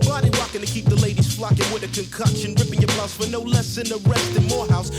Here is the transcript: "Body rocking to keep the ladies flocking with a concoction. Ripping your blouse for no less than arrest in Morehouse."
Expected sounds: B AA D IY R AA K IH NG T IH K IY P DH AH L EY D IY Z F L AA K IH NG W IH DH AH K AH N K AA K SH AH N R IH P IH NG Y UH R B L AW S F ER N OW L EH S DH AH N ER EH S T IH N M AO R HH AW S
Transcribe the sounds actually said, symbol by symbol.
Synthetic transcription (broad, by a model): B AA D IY W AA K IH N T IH K IY P DH AH L EY D IY Z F L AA K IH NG W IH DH AH K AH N K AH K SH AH N R IH P IH NG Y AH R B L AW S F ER N OW L EH S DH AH N ER EH S T IH N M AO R HH AW S